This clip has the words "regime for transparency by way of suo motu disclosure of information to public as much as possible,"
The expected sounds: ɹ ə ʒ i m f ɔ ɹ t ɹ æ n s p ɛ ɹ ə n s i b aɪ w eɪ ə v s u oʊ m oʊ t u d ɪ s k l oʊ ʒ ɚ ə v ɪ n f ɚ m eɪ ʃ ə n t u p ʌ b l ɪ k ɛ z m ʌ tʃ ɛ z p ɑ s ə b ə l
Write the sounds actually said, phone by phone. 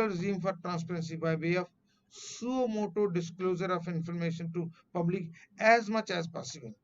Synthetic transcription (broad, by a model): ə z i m f ɔ ɹ t ɹ æ n s p ɛ ɹ ə n s i b aɪ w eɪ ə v s u oʊ m oʊ t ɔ d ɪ s k l oʊ z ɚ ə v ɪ n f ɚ m eɪ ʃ ə n t u p ʌ b l ɪ k ɛ z m ʌ tʃ ɛ z p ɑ s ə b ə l